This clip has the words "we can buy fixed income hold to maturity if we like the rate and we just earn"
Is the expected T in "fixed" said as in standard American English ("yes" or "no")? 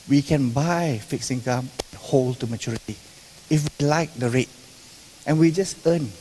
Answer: no